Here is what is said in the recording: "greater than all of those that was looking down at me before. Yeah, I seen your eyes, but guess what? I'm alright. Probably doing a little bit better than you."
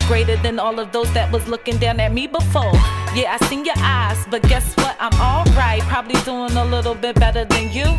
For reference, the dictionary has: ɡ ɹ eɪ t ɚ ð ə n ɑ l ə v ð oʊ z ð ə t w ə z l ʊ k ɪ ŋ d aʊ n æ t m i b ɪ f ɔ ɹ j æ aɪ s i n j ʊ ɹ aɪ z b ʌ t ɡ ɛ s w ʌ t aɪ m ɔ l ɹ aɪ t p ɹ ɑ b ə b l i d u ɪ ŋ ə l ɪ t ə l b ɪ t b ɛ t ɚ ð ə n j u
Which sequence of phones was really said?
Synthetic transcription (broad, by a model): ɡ ɹ eɪ t ɚ ð ə n ɑ l ə v ð oʊ z ð ə t w ə z l ʊ k ɪ ŋ d aʊ n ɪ t m i b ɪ f ɔ ɹ j æ aɪ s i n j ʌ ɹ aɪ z b ʌ t ɡ ɛ s w ʌ t aɪ m ɔ l ɹ aɪ t p ɹ ɑ b ə b l i d u ɪ ŋ ə l ɪ t l b ɪ t b ɛ t ɚ ð ə n j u